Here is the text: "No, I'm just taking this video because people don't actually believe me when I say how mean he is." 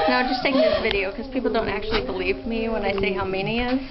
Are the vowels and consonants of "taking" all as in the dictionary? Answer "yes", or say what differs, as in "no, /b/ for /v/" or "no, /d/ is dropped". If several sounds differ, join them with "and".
no, /k/ is dropped